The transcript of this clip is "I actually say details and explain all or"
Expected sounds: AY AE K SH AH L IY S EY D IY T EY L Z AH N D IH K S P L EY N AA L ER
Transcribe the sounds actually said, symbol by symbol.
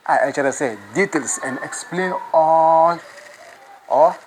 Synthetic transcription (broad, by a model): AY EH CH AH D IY S EY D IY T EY L S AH N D IH K S P L EY N AA L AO